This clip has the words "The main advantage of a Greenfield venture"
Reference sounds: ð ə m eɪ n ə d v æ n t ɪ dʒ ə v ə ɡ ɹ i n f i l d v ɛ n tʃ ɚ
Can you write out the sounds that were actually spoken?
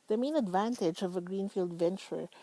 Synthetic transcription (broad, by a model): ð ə m eɪ n ə d v æ n t ɪ dʒ ə v ə ɡ ɹ i n f i l d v ɛ n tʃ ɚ